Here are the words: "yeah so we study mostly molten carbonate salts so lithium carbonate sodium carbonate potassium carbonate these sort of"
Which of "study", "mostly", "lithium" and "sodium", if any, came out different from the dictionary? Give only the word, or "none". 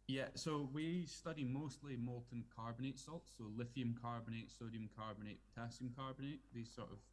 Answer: lithium